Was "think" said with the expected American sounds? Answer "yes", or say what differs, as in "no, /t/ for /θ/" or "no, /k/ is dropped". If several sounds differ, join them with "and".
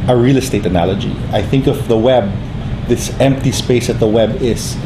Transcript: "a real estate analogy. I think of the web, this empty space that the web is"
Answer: yes